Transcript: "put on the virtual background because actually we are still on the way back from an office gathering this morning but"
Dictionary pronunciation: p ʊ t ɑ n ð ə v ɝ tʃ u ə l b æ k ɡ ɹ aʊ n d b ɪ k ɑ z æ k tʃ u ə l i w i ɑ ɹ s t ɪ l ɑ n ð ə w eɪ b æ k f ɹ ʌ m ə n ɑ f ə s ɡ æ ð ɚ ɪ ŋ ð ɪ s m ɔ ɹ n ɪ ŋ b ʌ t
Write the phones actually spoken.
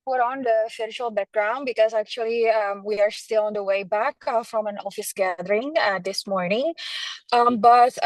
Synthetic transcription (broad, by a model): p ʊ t ɑ n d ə f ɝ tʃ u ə l b æ k ɡ ɹ aʊ n d b ɪ k ɑ z æ k tʃ u ə l i w i ɑ ɹ s t ɪ l ɑ n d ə w eɪ b æ k f ɹ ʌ m ə n ɑ f ə s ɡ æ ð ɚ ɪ ŋ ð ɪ s m ɔ ɹ n ɪ ŋ b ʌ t